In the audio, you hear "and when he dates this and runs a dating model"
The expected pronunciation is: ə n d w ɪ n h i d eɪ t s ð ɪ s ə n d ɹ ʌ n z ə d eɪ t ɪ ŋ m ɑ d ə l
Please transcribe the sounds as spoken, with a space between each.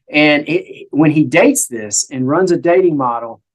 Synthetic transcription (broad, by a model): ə n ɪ w ɪ n i d eɪ t s ð ɪ s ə n ɹ ʌ n z ə d eɪ t ɪ ŋ m ɑ d l